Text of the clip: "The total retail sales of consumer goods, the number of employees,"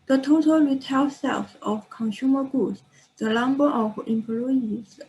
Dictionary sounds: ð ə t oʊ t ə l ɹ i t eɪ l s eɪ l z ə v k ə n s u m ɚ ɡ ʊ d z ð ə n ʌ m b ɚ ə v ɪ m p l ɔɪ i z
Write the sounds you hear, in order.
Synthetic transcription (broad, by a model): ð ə t oʊ t ə l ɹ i t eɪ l s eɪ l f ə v k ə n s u m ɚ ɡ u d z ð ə l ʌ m b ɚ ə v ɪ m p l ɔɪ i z